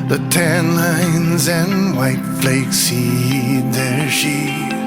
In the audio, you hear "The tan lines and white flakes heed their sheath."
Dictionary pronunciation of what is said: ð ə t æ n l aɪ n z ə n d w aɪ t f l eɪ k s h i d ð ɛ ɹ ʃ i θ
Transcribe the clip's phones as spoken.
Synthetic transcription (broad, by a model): ð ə t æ n l aɪ n z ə n w aɪ t f l eɪ k s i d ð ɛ ɹ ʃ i